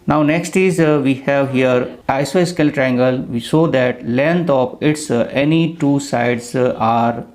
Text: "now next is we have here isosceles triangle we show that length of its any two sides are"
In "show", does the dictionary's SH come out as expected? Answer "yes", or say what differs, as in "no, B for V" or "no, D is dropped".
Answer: no, S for SH